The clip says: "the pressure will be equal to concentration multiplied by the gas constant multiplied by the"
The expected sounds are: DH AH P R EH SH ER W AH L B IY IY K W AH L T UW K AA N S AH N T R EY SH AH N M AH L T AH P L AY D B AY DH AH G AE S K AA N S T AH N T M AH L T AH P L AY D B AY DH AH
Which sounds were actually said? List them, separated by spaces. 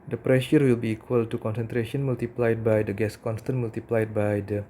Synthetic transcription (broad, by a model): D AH P R EH SH ER W AH L B IY IY K W AH L T UW K AA N S AH N T R EY SH AH N M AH L T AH P L AY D B AY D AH G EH S K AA N S T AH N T M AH L T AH P L AY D B AY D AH